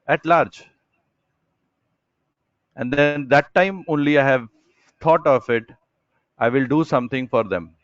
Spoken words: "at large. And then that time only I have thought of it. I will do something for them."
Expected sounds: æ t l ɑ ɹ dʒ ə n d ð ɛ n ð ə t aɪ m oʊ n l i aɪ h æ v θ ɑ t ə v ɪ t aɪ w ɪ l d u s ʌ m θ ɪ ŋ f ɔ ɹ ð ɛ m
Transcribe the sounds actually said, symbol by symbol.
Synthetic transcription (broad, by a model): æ t l ɑ ɹ dʒ ə n d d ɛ n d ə t aɪ m oʊ n l i aɪ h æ v t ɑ t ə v ɪ t aɪ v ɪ l d u s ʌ m t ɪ ŋ f ɔ ɹ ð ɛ m